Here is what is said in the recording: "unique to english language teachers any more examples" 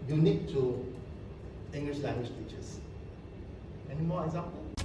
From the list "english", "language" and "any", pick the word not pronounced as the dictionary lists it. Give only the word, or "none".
language